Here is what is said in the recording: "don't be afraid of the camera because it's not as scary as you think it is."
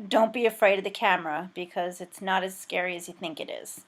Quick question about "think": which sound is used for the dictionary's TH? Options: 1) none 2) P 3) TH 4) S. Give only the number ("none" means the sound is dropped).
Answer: 3